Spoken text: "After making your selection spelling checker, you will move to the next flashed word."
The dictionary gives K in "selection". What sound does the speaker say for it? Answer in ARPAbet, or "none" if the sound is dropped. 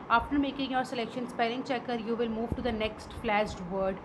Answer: K